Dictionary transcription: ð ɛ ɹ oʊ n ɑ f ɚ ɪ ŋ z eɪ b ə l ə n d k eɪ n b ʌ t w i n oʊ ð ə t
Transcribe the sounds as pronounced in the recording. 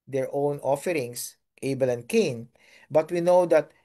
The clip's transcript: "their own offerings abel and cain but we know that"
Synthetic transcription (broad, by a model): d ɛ ɹ oʊ n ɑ f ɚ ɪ ŋ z eɪ b ə l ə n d k eɪ n b ʌ t w i n oʊ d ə t